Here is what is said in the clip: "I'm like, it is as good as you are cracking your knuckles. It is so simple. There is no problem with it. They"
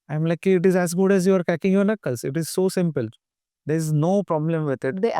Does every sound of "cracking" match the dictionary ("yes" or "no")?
no